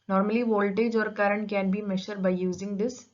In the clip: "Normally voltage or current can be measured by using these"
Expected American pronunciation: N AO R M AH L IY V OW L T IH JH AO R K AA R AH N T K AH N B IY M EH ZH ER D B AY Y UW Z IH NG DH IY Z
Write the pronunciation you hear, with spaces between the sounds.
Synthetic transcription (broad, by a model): N AO R M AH L IY V OW L T IH JH AO R K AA R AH N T K AH N B IY M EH SH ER D B AY Y UW Z IH NG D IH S